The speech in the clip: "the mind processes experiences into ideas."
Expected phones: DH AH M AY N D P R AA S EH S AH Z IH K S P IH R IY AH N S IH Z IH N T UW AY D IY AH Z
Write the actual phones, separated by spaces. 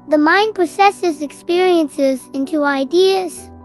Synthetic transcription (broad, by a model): DH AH M AY N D P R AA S EH S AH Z IH K S P IH R IY AH N S IH Z IH N T UW AY D IY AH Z